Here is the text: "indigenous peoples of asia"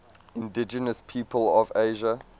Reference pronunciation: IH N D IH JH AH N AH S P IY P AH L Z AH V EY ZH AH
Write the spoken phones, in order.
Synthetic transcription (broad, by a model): IH N D IH JH AH N AH S P IY P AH L AH V EY ZH AH